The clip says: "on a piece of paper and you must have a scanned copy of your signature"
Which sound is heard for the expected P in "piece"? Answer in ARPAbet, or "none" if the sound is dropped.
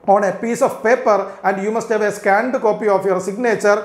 P